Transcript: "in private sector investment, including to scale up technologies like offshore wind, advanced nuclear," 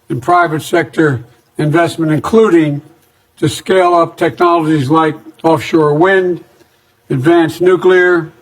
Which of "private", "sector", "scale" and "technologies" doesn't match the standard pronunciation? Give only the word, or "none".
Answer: none